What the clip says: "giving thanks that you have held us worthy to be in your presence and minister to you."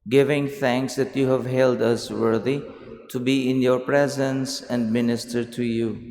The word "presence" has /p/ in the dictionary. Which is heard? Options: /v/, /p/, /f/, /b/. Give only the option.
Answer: /p/